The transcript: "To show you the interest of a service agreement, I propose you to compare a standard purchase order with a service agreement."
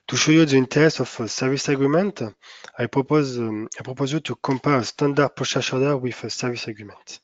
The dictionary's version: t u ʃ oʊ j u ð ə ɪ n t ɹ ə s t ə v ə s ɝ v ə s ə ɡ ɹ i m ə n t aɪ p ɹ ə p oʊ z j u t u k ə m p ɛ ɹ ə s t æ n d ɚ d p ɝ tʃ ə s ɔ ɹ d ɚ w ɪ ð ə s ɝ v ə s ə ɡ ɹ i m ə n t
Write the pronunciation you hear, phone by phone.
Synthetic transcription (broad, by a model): t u ʃ oʊ j u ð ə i n t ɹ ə s ə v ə s ɝ v ə s ə ɡ ɹ i m ə n t aɪ p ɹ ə p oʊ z j u t u k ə m p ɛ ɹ ə s t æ n d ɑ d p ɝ ʃ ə ʃ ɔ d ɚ w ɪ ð ə s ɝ v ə s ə ɡ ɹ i m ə n t